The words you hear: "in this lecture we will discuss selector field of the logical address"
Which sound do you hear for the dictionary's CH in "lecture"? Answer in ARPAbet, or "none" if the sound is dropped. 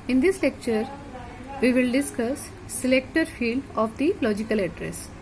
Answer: CH